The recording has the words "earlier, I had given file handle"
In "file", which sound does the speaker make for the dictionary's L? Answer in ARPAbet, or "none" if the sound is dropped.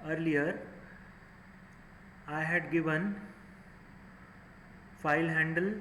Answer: L